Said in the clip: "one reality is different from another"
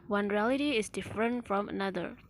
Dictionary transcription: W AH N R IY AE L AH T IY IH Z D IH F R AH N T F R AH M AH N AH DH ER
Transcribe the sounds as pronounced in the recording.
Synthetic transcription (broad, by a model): W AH N R IY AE L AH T IY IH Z D IH F R AH N T F R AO M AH N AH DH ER